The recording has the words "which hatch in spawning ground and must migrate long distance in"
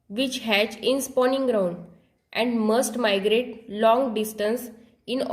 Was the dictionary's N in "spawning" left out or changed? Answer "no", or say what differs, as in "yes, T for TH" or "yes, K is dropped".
no